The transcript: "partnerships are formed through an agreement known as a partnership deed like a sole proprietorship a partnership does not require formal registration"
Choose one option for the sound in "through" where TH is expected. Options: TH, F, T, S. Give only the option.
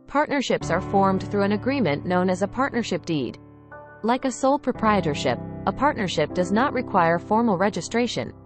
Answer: TH